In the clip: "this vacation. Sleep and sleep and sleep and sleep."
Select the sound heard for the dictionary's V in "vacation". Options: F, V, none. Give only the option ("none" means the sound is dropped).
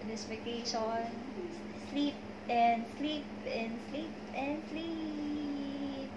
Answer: F